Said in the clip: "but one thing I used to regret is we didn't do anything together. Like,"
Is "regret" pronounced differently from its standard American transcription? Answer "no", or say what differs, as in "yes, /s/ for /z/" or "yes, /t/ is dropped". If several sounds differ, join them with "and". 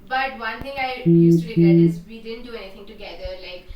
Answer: yes, /t/ is dropped